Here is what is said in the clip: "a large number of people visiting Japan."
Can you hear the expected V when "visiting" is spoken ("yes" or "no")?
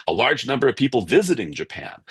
yes